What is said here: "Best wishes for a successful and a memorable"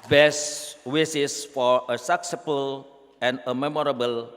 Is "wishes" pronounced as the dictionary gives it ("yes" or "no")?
no